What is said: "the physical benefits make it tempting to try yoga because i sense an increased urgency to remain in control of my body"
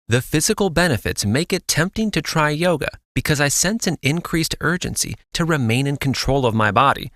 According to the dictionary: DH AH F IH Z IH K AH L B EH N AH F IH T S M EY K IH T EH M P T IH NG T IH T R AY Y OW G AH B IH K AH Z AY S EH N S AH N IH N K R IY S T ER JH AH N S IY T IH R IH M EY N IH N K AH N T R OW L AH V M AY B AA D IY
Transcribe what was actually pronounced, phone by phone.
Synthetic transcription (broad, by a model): DH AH F IH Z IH K L B EH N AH F IH T S M EY K IH T EH M P T IH NG T IH T R AY Y OW G AH B IH K AH Z AY S EH N S AH N IH N K R IY S T ER JH AH N S IY T IH R IH M EY N IH N K N T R OW L AH V M AY B AA D IY